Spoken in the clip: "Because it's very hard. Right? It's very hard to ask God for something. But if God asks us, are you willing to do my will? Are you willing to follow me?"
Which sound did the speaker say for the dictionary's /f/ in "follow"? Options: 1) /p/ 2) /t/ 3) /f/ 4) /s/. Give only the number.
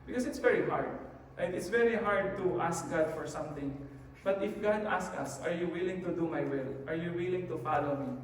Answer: 3